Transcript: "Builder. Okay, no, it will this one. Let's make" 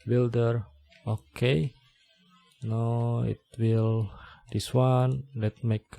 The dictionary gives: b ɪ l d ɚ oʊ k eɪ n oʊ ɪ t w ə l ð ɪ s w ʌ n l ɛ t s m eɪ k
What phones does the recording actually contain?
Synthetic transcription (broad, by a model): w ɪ l d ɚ oʊ k eɪ n oʊ ɪ t w ə l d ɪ s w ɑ n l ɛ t m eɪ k